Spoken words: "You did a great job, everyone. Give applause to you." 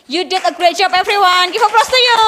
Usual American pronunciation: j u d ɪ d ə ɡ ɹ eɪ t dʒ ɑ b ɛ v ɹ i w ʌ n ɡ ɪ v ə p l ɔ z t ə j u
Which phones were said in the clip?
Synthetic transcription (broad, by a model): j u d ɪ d ə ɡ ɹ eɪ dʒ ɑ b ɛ f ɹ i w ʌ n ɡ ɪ f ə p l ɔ s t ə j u